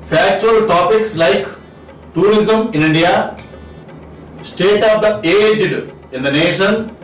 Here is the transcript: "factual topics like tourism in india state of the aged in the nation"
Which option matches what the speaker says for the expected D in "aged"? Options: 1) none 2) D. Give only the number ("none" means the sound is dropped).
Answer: 2